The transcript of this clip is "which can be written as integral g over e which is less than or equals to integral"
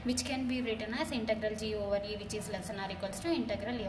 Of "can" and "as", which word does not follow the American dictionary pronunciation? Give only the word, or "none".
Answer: as